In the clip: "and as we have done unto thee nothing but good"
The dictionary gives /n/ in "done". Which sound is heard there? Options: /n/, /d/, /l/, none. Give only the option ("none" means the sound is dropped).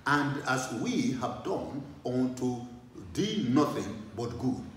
/n/